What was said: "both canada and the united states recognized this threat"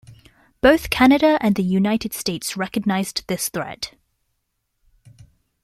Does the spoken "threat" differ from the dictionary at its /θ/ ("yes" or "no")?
no